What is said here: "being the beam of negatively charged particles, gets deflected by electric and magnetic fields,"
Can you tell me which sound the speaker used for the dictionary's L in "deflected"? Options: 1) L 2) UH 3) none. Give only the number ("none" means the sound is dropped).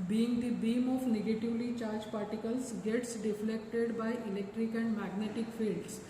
1